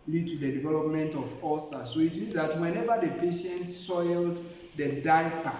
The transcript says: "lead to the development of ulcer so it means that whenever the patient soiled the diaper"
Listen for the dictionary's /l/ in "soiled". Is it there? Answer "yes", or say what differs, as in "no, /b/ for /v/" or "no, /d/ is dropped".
yes